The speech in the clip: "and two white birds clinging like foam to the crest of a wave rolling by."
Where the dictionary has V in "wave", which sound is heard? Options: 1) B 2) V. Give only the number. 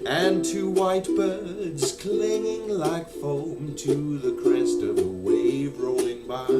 2